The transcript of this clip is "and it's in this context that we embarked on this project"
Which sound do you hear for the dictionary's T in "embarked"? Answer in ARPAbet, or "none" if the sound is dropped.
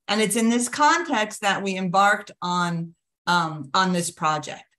T